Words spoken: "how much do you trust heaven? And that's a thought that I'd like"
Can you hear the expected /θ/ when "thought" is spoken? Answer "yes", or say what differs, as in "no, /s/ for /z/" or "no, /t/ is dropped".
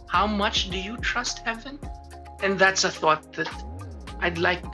yes